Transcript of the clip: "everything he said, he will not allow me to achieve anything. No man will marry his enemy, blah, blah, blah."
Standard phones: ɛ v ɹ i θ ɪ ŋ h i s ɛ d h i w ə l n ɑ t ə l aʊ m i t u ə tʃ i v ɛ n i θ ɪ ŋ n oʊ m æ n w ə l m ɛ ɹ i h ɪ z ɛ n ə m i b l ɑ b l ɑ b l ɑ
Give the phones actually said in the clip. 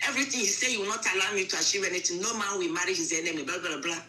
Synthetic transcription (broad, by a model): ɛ v ɹ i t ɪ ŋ h i s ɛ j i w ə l n ɑ t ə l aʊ m i t u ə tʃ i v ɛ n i t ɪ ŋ n oʊ m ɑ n w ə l m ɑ ɹ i h ɪ z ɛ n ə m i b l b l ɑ b l ɑ